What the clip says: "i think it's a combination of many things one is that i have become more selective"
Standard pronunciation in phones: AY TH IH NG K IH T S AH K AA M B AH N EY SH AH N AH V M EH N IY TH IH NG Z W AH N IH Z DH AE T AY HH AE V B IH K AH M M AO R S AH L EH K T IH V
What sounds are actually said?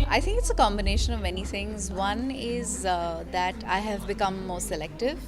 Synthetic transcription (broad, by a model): AY T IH NG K IH T S AH K AA M B AH N EY SH AH N AH V M EH N IY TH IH NG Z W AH N IH Z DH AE T AY HH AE V B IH K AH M M AO R S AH L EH K T IH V